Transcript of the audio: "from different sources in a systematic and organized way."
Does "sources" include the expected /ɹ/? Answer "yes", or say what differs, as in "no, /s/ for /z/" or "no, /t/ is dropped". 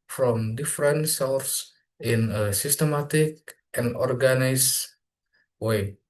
no, /l/ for /ɹ/